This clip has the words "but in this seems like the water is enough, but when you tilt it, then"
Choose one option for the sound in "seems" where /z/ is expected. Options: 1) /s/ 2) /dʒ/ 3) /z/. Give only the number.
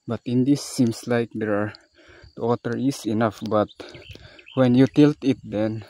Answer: 1